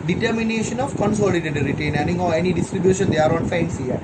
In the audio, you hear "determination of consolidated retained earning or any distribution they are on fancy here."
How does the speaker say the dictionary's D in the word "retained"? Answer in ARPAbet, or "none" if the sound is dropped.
none